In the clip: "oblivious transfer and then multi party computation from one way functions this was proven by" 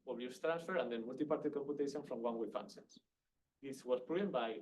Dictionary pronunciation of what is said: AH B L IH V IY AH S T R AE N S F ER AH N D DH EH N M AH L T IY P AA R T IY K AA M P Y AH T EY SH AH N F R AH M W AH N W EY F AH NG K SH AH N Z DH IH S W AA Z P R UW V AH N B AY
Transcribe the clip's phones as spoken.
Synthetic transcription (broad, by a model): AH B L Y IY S T R AE N S F ER AH N D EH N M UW L T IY P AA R T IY K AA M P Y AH T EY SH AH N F R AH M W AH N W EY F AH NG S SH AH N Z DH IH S W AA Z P R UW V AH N B AY